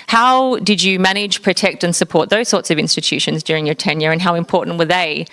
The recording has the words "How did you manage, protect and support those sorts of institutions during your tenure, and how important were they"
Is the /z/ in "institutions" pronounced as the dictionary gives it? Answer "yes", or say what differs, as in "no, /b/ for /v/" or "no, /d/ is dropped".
yes